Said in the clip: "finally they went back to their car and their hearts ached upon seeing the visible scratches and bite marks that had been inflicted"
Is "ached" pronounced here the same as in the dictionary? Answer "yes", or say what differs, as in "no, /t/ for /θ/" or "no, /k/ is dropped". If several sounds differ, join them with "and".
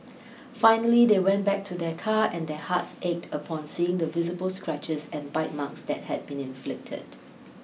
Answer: yes